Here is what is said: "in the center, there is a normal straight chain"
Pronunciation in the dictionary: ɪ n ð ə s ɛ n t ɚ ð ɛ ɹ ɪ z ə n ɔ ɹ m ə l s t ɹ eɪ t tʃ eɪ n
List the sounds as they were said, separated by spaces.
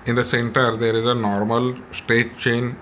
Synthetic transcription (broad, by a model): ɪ n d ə s ɛ n t ɚ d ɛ ɹ ɪ z ə n ɔ ɹ m ə l s t eɪ t tʃ eɪ n